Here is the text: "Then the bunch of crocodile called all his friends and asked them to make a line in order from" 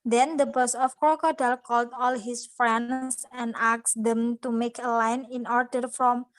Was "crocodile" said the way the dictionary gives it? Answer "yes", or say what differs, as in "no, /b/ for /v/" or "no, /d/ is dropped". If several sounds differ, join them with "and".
no, /ɹ/ is dropped